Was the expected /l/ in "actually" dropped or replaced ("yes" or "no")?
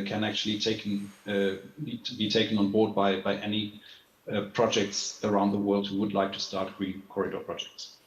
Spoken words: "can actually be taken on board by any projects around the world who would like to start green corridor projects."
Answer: yes